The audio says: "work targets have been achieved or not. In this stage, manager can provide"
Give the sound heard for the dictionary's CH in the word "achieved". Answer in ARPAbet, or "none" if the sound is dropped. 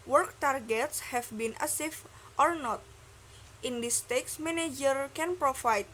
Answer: S